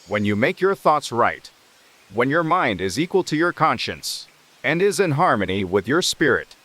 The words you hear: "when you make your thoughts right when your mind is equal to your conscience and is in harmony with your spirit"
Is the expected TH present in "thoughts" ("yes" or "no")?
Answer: yes